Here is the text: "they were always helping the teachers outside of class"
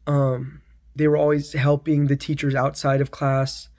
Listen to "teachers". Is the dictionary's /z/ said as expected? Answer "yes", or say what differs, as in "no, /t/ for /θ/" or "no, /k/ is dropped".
yes